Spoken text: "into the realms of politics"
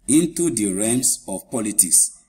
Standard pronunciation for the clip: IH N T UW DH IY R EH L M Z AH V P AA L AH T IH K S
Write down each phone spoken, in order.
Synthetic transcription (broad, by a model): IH N T UW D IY R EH M S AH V P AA L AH T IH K S